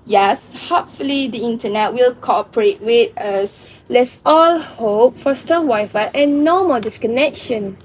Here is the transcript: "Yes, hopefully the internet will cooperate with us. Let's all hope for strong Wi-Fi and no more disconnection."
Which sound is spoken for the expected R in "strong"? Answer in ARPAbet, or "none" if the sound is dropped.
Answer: none